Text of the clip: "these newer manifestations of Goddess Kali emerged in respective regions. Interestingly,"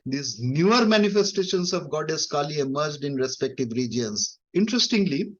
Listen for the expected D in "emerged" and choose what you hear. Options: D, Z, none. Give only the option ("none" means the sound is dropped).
D